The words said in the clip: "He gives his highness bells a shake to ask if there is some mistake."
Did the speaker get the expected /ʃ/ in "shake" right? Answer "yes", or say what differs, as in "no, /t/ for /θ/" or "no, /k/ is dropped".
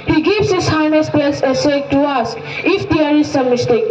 no, /s/ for /ʃ/